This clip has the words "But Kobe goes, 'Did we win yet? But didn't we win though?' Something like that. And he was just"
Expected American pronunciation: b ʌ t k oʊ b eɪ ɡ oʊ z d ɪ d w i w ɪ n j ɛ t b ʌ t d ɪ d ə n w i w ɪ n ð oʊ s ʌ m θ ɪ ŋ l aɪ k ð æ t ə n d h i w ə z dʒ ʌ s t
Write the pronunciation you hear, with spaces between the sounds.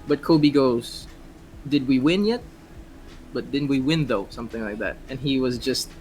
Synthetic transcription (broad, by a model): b ʌ t k oʊ b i ɡ oʊ z d ɪ d w i w ɪ n j ɛ t b ʌ t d ɪ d n w i w ɪ n ð oʊ s ʌ m θ ɪ ŋ l aɪ k ð æ t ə n i w ə z dʒ ʌ s t